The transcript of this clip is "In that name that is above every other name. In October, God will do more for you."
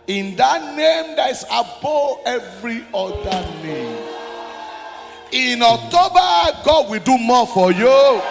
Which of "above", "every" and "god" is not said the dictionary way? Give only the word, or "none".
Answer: above